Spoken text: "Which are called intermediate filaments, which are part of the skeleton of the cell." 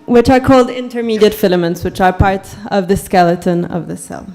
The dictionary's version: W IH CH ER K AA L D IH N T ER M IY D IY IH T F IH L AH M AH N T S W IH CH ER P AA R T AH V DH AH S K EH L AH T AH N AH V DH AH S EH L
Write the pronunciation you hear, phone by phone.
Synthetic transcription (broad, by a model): W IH CH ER K AA L D IH N T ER M IY D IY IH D F IH L AH M AH N T S W IH CH ER P AA R T AH V DH AH S K EH L AH T AH N AH V DH AH S EH L